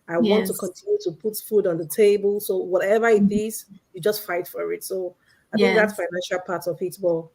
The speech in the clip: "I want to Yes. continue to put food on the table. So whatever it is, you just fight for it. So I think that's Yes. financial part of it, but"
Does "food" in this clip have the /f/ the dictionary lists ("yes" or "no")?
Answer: yes